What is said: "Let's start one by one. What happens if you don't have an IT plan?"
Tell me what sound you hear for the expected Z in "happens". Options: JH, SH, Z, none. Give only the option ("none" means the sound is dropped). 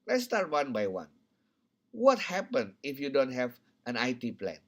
none